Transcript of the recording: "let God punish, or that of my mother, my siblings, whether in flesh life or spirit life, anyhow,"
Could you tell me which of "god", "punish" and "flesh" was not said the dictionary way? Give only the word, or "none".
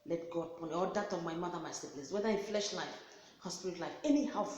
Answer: punish